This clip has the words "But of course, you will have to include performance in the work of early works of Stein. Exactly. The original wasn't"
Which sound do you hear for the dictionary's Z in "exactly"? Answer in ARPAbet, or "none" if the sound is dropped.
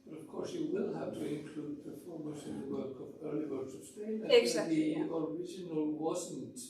S